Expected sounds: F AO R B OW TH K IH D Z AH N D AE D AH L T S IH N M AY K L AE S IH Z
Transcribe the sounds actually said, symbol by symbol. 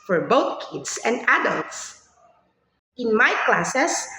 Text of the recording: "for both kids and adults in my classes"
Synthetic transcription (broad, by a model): F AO R B OW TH K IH D S AH N D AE D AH L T S IH N M AY K L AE S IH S